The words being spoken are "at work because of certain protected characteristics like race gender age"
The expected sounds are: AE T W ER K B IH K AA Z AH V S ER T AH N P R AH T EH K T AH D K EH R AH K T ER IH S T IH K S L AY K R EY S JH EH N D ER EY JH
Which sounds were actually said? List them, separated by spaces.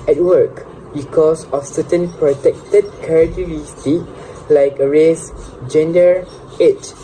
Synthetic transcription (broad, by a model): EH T W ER K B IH K AA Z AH F S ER T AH N P R AH T EH K T AH D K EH R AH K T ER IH S T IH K L AY K R EY S JH EH N D ER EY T